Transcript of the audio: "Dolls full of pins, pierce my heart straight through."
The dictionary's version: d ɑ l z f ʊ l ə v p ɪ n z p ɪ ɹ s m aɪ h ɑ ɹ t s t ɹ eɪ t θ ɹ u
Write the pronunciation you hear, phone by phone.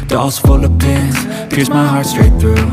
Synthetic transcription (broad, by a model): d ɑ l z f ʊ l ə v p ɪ z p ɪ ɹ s m aɪ h ɑ ɹ t s t ɹ eɪ t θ ɹ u